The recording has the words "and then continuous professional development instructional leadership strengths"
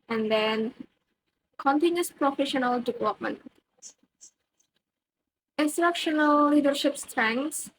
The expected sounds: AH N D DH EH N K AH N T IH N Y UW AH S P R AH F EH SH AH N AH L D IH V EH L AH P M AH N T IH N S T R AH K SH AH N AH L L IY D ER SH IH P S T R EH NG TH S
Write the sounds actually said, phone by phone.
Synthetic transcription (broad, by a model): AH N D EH N K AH N T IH N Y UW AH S P R AH F EH SH AH N AH L D IH V EH L AH P M AH N T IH N S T R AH K SH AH N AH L L IY D ER SH IH P S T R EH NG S